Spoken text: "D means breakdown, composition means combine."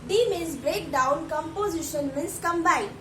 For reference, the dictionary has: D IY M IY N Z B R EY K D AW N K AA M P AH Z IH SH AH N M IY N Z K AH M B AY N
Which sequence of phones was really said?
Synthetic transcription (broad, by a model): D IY M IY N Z B R EY K D AW N K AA M P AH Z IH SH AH N M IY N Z K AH M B AY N